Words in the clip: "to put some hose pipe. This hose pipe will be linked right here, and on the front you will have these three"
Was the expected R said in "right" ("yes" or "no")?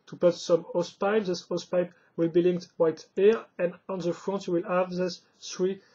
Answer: no